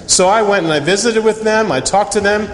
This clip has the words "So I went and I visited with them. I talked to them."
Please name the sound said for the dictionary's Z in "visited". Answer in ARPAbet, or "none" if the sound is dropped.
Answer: Z